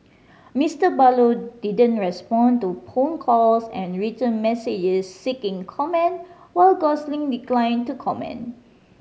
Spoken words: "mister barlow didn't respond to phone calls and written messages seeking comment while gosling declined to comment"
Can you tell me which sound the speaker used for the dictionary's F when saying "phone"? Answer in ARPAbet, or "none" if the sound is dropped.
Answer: P